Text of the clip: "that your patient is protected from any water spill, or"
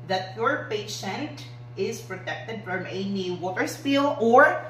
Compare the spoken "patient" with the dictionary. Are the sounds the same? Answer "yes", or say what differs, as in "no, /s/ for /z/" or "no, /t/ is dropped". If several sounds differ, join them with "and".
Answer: yes